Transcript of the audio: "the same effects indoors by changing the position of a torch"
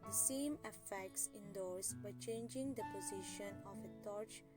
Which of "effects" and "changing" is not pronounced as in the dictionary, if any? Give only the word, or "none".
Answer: none